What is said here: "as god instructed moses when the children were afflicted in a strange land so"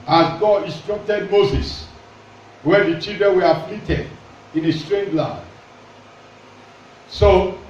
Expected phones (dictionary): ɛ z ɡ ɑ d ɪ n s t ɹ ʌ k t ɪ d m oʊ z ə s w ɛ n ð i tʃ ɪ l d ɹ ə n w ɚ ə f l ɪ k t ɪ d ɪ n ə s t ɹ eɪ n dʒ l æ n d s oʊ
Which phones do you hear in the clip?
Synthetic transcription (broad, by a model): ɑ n ɡ ɑ d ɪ n s t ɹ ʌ k t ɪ d m oʊ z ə s w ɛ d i tʃ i l d ɹ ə n w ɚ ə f l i t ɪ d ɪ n ə s t ɹ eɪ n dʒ l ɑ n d s oʊ